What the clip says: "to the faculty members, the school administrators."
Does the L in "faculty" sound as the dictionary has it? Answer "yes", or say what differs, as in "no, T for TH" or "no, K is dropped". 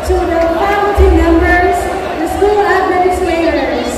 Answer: no, L is dropped